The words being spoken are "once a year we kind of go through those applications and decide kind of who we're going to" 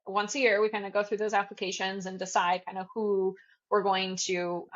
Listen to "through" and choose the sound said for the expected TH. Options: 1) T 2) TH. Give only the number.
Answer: 2